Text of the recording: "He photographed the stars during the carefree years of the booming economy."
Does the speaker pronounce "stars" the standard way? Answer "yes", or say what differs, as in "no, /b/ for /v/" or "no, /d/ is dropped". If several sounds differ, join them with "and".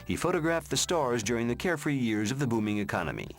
yes